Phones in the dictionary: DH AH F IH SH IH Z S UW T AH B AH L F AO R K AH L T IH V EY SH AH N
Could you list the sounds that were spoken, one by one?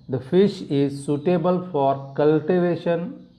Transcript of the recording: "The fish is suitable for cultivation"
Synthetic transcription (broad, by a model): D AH F IH SH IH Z S UW T AH B AH L F AO R K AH L T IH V EY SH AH N